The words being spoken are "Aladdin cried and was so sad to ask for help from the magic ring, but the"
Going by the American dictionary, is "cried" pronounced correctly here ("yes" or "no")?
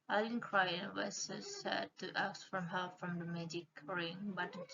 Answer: no